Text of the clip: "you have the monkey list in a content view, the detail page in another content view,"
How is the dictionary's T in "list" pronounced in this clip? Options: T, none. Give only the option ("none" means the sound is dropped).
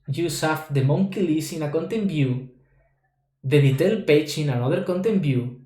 none